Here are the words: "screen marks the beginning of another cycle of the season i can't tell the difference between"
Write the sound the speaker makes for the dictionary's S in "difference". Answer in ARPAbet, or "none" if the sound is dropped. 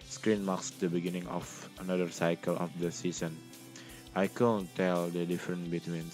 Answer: none